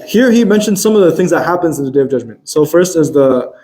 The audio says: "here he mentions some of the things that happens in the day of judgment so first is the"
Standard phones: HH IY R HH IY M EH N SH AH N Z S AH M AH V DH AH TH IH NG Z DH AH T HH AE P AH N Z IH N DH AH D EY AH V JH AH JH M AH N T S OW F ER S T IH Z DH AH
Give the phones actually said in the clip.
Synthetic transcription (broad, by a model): HH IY R HH IY M EH N SH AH N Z S AH M AH V DH AH TH IH NG Z DH AH T HH AE P AH N Z IH N DH AH D EY AH V JH AH JH M AH N T S OW F ER S T IH Z DH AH